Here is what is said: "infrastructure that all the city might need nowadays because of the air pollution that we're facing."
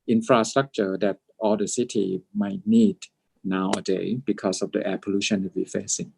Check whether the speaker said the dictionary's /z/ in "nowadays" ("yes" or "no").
no